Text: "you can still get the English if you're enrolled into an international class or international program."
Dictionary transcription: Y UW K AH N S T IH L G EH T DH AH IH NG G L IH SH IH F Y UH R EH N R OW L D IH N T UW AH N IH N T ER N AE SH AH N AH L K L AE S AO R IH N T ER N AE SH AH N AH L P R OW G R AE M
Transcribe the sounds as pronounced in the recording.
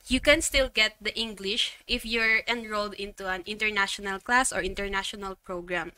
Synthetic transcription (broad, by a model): Y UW K AH N S T IH L G EH T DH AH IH NG G L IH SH IH F Y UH R EH N R OW L D IH N T UW AH N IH N T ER N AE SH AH N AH L K L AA S AO R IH N T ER N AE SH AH N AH L P R OW G R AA M